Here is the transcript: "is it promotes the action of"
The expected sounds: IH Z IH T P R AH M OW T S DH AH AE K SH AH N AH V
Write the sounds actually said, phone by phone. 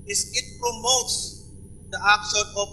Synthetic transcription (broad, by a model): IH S IH T P R AH M OW T S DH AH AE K S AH AH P